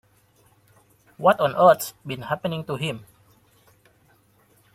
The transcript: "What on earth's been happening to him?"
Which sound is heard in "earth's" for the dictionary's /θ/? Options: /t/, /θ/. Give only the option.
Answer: /t/